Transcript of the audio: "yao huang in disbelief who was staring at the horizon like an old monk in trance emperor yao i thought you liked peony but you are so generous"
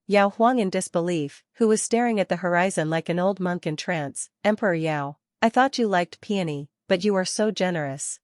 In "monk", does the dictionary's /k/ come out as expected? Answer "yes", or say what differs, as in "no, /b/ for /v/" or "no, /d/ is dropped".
yes